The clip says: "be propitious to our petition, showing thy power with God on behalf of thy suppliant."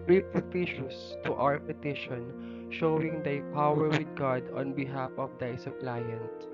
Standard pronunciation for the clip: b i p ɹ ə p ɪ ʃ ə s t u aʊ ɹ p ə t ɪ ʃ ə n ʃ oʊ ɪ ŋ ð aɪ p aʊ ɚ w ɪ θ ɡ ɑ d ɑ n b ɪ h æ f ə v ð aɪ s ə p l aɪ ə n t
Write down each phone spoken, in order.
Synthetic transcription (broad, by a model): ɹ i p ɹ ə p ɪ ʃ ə s t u aʊ ɹ p ə t ɪ ʃ ə n ʃ oʊ ɪ ŋ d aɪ p aʊ ɚ w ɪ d ɡ ɑ d ɑ n b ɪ h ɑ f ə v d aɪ s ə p l aɪ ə n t